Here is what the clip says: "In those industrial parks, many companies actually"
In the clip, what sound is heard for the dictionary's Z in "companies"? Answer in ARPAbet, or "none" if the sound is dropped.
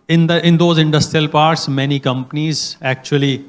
Z